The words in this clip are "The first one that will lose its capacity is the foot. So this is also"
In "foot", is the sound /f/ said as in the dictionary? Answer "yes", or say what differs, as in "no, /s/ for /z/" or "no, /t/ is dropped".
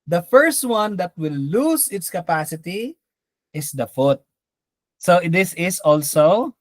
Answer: yes